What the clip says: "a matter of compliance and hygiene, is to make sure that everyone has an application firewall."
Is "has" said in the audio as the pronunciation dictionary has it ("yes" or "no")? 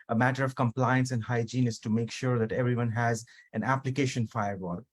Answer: yes